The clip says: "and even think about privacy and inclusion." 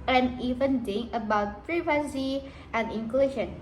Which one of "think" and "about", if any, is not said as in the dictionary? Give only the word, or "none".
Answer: think